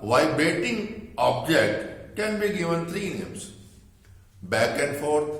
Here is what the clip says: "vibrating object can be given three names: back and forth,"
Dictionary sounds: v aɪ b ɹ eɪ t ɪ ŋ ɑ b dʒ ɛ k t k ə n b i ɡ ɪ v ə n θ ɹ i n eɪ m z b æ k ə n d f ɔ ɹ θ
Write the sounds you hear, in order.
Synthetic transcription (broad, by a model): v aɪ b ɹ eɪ t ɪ ŋ ɑ b dʒ ɛ k t k ə n b i ɡ ɪ v ə n t ɹ i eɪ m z b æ k ə n d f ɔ ɹ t